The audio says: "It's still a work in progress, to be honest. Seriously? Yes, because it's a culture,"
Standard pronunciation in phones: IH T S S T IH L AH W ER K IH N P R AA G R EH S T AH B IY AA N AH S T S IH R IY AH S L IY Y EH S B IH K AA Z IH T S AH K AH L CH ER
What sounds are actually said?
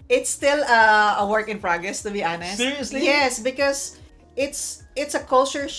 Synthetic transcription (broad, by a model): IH T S S T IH L AH W ER K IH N P R AA G R EH S T AH B IY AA N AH S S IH R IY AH S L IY Y EH S B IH K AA S IH T S AH K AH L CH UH